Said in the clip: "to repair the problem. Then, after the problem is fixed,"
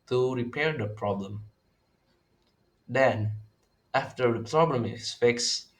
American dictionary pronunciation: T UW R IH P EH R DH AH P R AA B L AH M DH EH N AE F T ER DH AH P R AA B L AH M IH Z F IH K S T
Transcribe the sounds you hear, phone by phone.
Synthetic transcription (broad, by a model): T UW R IH P EH R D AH P R AA B L AH M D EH N AE F T ER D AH P R AA B L AH M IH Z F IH K S